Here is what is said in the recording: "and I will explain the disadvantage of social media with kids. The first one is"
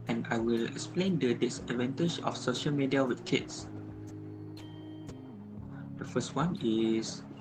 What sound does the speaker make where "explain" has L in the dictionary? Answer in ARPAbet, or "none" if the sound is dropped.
L